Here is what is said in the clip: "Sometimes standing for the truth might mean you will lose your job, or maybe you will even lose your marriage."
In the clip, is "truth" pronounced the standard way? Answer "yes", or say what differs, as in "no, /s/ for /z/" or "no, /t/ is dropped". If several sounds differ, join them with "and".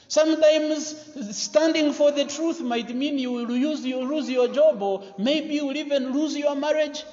yes